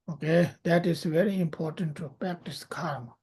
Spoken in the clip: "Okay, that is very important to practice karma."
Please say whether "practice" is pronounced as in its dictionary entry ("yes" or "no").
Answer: yes